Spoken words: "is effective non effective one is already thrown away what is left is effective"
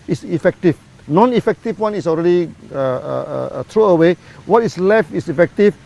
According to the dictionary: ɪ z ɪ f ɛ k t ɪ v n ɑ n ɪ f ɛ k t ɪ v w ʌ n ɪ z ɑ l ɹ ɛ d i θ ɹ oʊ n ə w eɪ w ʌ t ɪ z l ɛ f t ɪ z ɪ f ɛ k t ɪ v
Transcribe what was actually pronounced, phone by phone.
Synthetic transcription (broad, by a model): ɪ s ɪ f ɛ k t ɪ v n ɑ n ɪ f ɛ k t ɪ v w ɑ n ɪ s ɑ l ɹ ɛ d i t ɹ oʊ ə w eɪ w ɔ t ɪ s l ɛ f t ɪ s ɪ f ɛ k t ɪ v